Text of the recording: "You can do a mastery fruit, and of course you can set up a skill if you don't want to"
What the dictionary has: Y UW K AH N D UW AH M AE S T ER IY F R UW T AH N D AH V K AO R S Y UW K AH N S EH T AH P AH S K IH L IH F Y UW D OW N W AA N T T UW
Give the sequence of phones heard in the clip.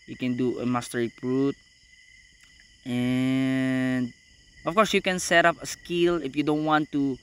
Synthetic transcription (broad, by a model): Y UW K AH N D UW AH M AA S T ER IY P R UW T AH N D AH F K AO R S Y UW K AH N S EH T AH P AH S K IH L IH F Y UW D OW N W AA N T T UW